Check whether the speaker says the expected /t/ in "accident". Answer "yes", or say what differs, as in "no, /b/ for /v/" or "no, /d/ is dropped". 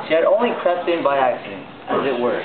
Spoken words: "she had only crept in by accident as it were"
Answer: no, /t/ is dropped